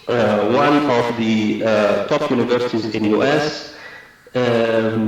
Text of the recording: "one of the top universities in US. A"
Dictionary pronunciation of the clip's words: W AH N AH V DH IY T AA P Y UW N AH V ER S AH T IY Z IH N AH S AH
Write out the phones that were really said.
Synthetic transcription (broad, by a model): W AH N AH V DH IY T AA P Y UW N AH V ER S AH T IY Z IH N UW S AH